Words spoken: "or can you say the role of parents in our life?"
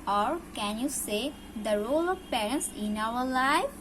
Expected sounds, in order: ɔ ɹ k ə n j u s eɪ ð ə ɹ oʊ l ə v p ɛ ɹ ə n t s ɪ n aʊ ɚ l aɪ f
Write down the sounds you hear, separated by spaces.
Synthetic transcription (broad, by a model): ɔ ɹ k ə n j u s eɪ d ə ɹ oʊ l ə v p ɛ ɹ ə n t s ɪ n aʊ ɚ l aɪ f